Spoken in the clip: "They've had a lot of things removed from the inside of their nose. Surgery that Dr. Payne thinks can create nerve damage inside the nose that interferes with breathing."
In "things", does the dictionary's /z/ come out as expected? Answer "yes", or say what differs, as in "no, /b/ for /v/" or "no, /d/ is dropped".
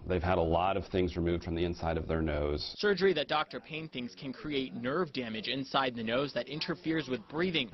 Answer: yes